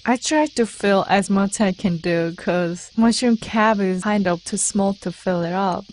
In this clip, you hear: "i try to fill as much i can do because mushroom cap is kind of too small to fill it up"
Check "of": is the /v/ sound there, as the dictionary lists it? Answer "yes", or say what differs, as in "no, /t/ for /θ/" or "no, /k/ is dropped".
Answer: no, /p/ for /v/